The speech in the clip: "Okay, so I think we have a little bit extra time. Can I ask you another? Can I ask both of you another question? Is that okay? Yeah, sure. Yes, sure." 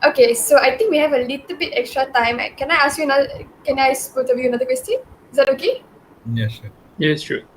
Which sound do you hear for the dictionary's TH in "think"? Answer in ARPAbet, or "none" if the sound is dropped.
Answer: T